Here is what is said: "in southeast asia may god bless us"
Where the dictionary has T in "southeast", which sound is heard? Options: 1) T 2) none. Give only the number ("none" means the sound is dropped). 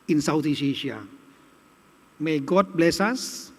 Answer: 2